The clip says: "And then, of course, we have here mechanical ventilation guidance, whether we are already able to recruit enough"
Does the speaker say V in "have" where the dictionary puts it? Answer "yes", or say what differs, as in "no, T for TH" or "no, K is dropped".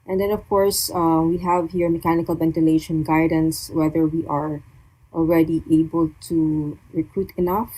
yes